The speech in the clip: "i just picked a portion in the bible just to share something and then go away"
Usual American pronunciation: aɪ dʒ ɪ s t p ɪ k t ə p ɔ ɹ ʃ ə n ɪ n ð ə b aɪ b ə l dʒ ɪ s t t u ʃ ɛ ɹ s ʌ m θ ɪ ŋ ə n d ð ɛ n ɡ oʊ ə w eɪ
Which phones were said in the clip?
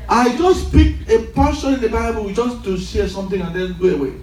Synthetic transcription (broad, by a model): aɪ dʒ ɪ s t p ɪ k ə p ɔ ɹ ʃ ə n ɪ n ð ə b aɪ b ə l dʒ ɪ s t t u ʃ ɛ s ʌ m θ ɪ ŋ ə n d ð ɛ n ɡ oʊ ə w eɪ